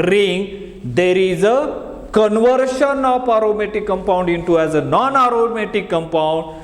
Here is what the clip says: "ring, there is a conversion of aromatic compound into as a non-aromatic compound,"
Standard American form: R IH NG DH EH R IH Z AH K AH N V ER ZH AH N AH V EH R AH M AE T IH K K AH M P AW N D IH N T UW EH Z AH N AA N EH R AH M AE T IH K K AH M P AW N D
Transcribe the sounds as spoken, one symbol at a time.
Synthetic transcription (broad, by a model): R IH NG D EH R IH Z AH K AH N V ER SH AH N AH P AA R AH M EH T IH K K AH M P AW N D IH N T UW EH Z AH N AA N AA R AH M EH T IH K K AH M P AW N D